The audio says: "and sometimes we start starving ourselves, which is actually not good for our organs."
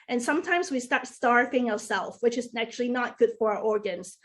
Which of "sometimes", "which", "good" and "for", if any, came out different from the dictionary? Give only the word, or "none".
none